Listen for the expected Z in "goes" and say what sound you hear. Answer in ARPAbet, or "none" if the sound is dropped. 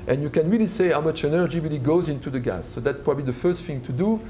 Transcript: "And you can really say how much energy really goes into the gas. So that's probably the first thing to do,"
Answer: Z